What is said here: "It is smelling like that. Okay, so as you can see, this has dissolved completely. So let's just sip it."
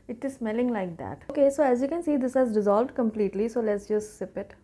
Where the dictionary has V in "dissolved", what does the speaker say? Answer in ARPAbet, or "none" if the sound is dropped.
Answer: V